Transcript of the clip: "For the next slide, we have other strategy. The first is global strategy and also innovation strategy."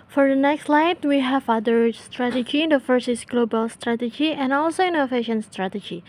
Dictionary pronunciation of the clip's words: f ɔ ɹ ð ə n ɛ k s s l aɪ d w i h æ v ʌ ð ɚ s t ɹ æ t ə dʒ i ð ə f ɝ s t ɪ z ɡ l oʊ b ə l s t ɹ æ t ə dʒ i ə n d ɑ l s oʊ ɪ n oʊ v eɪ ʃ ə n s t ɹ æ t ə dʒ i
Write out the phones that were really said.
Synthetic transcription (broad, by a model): f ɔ ɹ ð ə n ɛ k s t l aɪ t w i h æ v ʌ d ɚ s t ɹ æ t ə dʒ i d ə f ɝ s ɪ s ɡ l oʊ b ə l s t ɹ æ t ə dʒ i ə n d ɑ l s oʊ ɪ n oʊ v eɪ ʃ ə n s t ɹ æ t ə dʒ i